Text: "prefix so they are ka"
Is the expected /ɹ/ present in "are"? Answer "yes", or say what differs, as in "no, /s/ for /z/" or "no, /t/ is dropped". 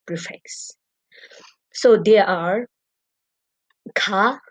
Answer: yes